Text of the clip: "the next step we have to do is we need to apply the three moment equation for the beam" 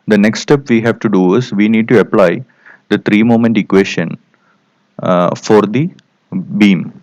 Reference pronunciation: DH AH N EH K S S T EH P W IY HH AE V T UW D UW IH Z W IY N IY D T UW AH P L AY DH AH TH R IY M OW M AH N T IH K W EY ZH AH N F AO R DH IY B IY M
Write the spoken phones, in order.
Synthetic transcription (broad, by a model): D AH N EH K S S T EH P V IY HH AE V T UW D UW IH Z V IY N IY D T UW AH P L AY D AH T R IY M OW M AH N T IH K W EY SH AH N F AO R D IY B IY M